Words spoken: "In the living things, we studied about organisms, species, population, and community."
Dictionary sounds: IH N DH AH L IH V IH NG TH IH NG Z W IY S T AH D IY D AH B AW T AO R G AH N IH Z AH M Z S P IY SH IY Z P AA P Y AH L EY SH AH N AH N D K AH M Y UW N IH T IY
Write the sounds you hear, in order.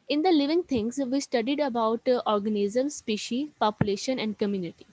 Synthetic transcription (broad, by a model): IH N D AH L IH V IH NG T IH NG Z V IY S T AH D IY D AH B AW T AO R G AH N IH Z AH M S P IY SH IY P AA P Y AH L EY SH AH N AH N D K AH M Y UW N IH T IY